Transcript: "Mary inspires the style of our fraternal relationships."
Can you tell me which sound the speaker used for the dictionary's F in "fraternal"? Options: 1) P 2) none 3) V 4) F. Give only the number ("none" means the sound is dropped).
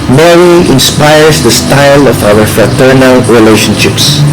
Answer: 4